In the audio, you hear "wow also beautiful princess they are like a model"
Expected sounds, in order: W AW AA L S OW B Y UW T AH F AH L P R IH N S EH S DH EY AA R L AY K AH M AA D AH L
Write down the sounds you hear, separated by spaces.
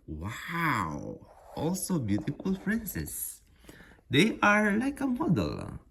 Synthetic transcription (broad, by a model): W AW AA L S OW B Y UW T AH F AH L F R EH N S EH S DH EY AA R L AY K AH M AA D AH L